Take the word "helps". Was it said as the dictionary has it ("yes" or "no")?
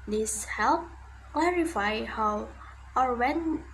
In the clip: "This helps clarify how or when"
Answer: no